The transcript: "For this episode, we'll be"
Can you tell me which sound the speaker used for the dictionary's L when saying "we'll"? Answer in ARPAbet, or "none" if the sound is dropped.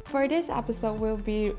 L